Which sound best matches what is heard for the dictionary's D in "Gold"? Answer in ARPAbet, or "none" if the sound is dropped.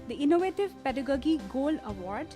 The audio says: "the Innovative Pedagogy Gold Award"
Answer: none